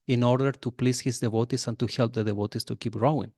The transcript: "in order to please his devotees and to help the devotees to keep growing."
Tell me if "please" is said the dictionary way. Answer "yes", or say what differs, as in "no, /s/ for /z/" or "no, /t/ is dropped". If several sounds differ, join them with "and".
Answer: no, /s/ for /z/